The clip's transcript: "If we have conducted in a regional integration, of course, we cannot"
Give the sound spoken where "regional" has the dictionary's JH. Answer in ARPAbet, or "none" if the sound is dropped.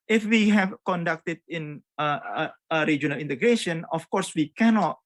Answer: JH